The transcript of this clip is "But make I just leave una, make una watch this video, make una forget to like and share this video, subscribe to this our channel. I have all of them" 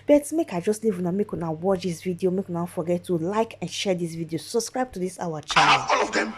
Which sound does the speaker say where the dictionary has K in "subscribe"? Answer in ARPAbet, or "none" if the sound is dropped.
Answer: K